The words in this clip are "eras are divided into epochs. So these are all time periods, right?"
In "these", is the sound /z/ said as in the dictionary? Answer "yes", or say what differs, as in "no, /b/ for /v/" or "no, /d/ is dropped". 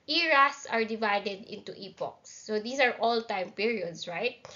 no, /s/ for /z/